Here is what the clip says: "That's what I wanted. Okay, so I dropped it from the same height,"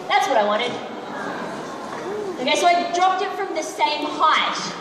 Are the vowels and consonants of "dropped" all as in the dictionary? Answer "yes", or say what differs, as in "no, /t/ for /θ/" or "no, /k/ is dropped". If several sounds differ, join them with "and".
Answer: yes